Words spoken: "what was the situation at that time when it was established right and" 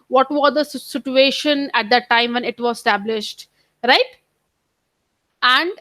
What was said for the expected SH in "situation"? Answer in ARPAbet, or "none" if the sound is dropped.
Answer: SH